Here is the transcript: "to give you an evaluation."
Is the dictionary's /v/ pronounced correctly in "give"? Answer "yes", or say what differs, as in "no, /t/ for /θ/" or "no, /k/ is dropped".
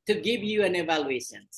yes